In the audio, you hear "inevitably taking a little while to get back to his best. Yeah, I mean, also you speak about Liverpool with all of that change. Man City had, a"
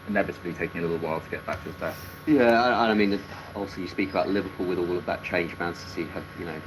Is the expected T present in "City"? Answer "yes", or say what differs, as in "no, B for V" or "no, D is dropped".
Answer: no, S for T